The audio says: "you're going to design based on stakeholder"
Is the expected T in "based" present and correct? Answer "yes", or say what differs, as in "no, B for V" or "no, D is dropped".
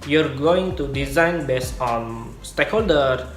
no, T is dropped